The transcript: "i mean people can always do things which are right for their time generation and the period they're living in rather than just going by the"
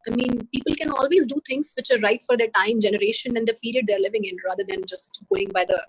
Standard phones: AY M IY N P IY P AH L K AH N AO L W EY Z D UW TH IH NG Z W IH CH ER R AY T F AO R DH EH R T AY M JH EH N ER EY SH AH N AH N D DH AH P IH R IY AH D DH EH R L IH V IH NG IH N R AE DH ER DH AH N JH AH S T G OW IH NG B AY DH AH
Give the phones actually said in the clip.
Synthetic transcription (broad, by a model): AY M IY N P IY P AH L K AH N AO L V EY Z D UW T IH NG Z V IH CH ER R AY T F AO R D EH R T AY M JH EH N ER EY SH AH N AH N D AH P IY R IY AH D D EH R L IH V IH NG IH N R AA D ER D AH N JH AH S T G OW IH NG B AY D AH